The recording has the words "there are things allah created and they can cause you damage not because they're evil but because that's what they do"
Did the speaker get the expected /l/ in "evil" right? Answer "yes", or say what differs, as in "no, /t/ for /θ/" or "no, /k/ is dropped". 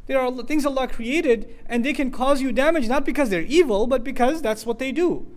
yes